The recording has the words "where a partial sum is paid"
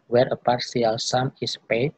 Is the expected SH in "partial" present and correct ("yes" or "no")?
no